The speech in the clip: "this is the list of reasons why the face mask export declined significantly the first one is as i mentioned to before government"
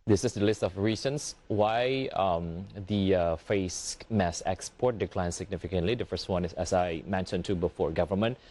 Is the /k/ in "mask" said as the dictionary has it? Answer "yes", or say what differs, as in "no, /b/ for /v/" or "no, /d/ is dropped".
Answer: no, /k/ is dropped